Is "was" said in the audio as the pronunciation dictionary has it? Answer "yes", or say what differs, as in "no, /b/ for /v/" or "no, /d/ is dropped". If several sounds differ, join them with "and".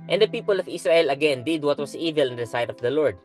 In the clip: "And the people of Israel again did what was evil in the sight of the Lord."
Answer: no, /s/ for /z/